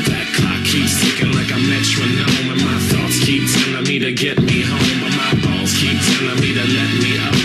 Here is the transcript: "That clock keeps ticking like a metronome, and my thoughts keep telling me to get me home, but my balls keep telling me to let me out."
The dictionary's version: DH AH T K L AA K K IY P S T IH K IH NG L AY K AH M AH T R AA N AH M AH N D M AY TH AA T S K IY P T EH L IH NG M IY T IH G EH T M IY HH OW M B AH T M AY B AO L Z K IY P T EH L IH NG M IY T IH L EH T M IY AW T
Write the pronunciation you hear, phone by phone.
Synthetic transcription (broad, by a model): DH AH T K AA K K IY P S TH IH K IH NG L AY K AH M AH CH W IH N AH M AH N M AY TH AA T S K IY P S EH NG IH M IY T IH G EH T M IY HH OW M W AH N M AY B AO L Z K IY P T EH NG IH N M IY T IH L EH T M IY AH